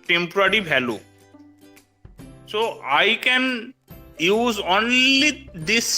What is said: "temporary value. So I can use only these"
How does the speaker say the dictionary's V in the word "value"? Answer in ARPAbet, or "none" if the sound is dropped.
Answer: B